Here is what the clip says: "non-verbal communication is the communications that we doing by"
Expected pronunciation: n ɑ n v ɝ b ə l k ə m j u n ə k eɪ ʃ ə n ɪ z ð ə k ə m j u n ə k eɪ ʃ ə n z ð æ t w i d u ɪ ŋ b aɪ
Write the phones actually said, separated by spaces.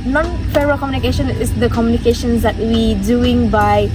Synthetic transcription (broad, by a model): n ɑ n f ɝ ə k ə m j u n ə k eɪ ʃ ə n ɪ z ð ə k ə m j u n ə k eɪ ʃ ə n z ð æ t w i d u ɪ ŋ b aɪ